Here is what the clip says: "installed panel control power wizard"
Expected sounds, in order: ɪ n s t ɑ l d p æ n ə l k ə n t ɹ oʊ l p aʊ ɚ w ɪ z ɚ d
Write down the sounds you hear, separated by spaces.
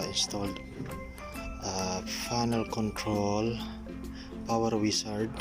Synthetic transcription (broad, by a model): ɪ n s t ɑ l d f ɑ n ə l k ə n t ɹ oʊ l p aʊ ɚ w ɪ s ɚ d